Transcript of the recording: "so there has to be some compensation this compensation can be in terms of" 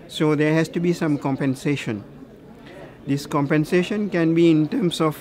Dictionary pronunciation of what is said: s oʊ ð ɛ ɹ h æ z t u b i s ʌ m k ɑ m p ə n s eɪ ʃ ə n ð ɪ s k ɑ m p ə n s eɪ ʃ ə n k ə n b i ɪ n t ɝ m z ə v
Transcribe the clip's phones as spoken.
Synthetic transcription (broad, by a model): s oʊ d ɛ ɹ h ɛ s t u b i s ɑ m k ɑ m p ə n s eɪ ʃ ə n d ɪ s k ɑ m p ə n s eɪ ʃ ə n k ə n b i ɪ n t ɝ m s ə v